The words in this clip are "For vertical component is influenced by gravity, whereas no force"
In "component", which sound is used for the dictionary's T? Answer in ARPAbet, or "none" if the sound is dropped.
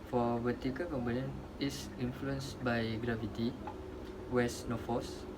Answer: none